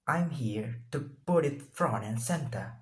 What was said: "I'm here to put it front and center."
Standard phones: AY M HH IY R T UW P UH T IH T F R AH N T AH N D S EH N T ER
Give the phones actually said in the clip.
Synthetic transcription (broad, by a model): AY M HH IY R T UW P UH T IH T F R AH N AH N S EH N T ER